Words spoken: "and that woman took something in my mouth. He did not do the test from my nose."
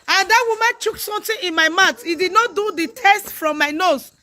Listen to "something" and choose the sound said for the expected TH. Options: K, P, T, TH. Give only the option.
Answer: T